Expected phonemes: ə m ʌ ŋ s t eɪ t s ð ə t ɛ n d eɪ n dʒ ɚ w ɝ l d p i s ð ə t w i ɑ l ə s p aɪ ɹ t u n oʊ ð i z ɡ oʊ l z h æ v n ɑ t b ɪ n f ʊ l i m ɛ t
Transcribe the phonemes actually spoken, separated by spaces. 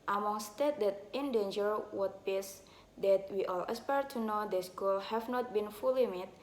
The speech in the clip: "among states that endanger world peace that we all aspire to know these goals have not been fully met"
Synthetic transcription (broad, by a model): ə m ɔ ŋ s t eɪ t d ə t ɛ n d eɪ n dʒ ɚ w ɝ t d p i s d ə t w i ɑ l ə s p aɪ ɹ t u n oʊ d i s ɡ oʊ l h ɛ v n ɑ t b ɪ n f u l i m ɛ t